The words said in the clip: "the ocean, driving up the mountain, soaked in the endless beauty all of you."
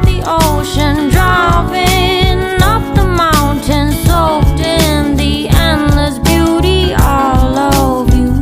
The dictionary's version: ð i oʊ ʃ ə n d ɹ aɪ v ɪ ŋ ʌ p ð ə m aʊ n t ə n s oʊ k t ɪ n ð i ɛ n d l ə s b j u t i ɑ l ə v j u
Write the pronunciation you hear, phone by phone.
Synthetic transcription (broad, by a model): ð i oʊ ʃ ə n d ɹ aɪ p ɪ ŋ ʌ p ð ə m aʊ n t ə n s oʊ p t ɪ n ð i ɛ n l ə s b j u t i ɑ l ə v j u